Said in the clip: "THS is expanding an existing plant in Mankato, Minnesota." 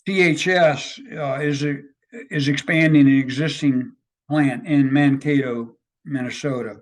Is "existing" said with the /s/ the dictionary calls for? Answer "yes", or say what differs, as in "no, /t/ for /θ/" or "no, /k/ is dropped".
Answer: yes